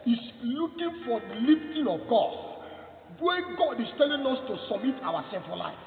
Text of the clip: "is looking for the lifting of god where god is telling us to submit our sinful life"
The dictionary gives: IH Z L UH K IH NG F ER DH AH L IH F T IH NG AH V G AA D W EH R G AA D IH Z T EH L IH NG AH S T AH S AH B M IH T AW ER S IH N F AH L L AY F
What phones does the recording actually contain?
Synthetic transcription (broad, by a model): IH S L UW K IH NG F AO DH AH L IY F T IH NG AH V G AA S W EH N G AA D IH S T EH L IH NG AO S T AH S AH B M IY T AW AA S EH F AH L L AY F